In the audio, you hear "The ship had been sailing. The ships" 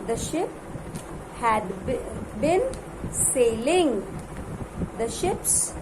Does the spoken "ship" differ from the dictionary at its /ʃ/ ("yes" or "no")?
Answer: no